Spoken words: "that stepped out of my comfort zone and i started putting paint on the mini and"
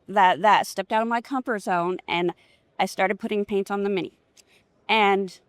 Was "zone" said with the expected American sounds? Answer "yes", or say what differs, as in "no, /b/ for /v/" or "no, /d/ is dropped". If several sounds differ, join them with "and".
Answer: yes